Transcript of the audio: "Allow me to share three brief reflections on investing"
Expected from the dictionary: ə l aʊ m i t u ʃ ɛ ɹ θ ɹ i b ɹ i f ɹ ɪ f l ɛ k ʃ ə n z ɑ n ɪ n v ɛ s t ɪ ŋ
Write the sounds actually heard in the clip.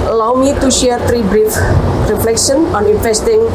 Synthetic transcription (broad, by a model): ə l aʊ m i t u ʃ ɛ ɹ t ɹ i b ɹ i f ɹ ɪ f l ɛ k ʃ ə n ɑ n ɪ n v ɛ s t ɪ ŋ